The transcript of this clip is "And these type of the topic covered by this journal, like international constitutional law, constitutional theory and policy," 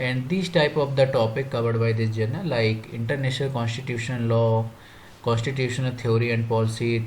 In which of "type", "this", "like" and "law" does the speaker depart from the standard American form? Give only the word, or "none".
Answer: this